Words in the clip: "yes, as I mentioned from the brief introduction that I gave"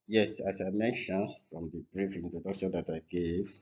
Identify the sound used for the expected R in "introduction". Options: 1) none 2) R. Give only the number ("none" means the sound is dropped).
1